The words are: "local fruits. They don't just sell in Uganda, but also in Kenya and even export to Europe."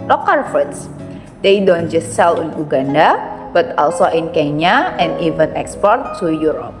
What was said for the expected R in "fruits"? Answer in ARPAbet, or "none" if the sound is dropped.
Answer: none